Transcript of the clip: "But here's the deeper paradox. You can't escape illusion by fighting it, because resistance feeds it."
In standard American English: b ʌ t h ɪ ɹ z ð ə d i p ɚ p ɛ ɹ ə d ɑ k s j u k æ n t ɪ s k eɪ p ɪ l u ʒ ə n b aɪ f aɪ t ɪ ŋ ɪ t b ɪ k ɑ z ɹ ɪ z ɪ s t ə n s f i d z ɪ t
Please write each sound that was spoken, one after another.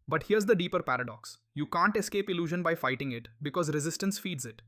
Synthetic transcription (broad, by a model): b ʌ t h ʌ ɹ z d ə d i p ɚ p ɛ ɹ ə d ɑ k s j u k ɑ n t ɪ s k eɪ p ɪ l u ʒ ə n b aɪ f aɪ t ɪ ŋ ɪ t b ɪ k ɑ z ɹ ɪ z ɪ s t ə n s f i d z ɪ t